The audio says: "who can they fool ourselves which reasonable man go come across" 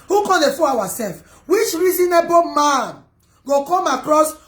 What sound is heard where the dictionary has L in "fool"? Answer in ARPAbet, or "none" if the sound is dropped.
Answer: W